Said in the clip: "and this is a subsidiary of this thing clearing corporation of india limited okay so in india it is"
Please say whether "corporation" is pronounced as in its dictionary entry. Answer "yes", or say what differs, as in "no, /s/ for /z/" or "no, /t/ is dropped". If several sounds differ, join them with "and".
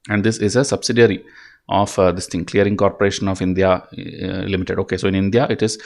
yes